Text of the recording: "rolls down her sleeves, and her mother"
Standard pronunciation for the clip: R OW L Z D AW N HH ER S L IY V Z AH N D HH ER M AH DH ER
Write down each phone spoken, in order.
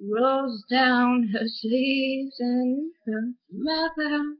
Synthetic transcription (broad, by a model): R OW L Z D AW N HH ER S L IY Z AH N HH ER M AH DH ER